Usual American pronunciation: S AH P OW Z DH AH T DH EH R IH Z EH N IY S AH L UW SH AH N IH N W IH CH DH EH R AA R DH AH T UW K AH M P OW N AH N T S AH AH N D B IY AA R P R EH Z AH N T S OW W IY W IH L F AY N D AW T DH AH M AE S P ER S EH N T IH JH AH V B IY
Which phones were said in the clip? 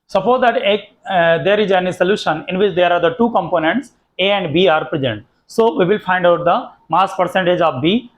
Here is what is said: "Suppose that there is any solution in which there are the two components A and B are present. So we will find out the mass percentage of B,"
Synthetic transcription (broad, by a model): S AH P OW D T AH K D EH R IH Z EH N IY S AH L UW SH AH N IH N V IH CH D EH R AA R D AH T UW K AH M P OW N AH N T S AH AH N D B IY AA R P R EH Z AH N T S OW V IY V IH L F AY N D AW T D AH M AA S P ER S EH N T IH JH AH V B IY